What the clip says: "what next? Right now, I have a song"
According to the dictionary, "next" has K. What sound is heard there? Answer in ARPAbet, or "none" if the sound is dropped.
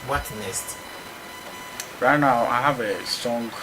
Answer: none